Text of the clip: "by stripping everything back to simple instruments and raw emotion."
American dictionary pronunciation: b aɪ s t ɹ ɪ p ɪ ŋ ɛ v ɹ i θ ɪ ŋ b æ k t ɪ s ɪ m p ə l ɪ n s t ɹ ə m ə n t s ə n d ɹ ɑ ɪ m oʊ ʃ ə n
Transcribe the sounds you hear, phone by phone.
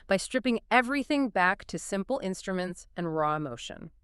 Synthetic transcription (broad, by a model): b aɪ s t ɹ ɪ p ɪ ŋ ɛ v ɹ i θ ɪ ŋ b æ k t ɪ s ɪ m p l ɪ n s t ɹ ə m ə n t s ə n ɹ ɑ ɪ m oʊ ʃ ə n